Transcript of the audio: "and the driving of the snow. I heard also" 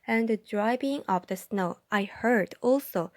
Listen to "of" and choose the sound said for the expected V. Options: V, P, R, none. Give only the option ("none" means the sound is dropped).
P